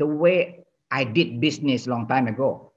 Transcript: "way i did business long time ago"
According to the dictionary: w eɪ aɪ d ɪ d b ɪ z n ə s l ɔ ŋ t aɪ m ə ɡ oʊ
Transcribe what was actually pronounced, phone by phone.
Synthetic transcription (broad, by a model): w eɪ aɪ d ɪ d b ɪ s n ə s l ɔ ŋ t aɪ m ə ɡ oʊ